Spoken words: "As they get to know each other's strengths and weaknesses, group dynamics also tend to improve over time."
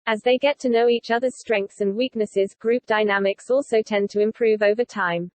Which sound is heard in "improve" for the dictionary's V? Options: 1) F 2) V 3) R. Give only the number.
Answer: 2